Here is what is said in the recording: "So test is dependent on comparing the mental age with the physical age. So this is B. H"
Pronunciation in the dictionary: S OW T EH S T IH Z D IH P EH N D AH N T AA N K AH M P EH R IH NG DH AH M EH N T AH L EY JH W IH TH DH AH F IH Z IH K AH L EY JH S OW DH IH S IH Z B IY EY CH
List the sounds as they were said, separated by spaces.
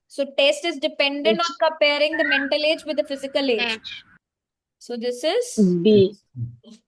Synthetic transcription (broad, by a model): S OW T EH S T IH Z D IH P EH N D AH N T AA N K AH M P EH R IH NG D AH M EH N T AH L EY JH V IH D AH F IH Z IH K AH L EY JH S OW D IH S IH Z B IY